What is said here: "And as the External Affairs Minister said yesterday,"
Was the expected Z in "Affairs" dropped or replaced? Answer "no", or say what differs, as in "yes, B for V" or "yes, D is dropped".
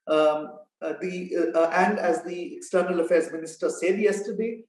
no